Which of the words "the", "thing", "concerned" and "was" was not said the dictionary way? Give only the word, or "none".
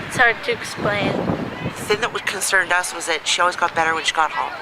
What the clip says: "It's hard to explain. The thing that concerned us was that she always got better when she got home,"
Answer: none